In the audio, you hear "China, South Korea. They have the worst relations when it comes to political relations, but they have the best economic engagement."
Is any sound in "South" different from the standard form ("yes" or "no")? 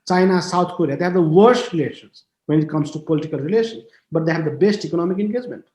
yes